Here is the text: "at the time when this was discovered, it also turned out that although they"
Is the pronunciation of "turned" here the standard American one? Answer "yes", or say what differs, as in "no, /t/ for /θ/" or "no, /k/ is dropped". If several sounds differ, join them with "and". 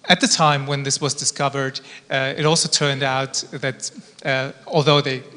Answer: yes